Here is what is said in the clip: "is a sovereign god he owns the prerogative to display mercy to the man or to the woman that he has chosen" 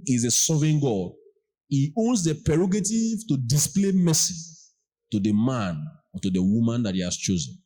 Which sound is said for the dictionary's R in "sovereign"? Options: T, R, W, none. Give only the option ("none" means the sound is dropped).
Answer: none